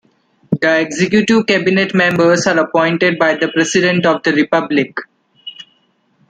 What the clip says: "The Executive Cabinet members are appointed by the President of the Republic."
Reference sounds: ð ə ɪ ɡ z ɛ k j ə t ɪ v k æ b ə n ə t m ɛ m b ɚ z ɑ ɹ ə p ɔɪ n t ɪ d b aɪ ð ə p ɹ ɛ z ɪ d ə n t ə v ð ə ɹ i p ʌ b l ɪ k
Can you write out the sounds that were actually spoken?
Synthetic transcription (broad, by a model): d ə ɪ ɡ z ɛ k j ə t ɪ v k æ b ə n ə t m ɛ m b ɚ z ɑ ɹ ə p ɔɪ n t ɪ d b aɪ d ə p ɹ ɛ s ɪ d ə n t ə v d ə ɹ i p ʌ b l ɪ k